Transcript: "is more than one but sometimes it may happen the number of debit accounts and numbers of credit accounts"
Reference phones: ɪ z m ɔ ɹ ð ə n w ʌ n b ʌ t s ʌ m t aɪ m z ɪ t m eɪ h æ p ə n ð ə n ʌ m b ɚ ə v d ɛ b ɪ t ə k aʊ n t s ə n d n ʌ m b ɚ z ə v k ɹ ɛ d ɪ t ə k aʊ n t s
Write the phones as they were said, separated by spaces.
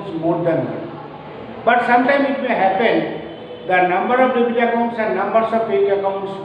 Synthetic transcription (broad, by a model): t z m ɔ ɹ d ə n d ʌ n b ʌ t s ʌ m t aɪ m ɪ t m eɪ h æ p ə n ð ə n ʌ m b ɚ ə v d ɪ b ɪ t ə k aʊ n t s ə n d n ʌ m b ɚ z ə v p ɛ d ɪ ə k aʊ n t s